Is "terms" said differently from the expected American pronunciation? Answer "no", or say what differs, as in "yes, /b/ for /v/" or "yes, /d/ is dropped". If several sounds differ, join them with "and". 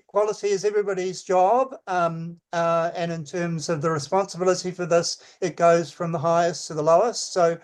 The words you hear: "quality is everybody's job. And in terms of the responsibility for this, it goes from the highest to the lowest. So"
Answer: no